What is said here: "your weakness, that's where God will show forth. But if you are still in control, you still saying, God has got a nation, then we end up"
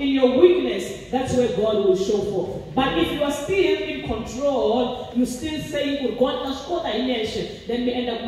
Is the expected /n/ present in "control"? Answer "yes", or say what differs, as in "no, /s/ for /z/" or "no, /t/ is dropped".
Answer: yes